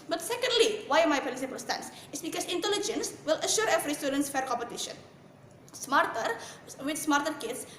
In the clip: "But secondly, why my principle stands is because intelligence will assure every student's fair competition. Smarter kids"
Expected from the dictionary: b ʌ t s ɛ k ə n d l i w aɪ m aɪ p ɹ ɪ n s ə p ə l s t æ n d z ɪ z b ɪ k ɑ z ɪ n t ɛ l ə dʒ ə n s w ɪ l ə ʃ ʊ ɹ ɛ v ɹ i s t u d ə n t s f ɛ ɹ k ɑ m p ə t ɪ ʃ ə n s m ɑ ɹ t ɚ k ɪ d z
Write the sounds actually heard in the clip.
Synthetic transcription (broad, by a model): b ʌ t s ɛ k ə n d l i w aɪ m aɪ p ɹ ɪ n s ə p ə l s t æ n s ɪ s b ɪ k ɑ s ɪ n t ɛ l ə dʒ ə n s w ɪ l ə ʃ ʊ ɹ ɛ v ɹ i s t u d ə n t s f ɛ ɹ k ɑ m p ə t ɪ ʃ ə n s m ɑ ɹ t ɚ k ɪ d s